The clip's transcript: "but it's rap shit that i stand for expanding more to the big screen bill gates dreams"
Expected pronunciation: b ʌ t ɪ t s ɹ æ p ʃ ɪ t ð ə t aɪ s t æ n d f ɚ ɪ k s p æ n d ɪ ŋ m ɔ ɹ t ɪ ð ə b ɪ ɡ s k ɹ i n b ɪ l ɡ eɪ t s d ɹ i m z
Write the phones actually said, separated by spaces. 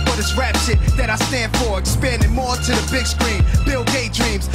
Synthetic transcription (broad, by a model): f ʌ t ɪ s ɹ æ p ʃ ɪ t ð ə t aɪ s t æ n d f ɚ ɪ k s p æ n d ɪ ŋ m ɔ ɹ t ɪ ð ə b ɪ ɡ s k ɹ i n b ɪ l ɡ eɪ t d ɹ i m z